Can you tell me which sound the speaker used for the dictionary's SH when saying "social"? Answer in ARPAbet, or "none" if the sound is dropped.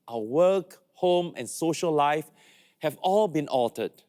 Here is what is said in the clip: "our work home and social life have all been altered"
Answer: SH